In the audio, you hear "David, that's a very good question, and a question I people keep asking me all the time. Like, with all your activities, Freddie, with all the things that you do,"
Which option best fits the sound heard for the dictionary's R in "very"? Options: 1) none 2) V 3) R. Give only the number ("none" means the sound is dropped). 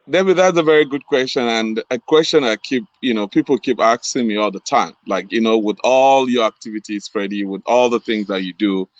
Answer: 3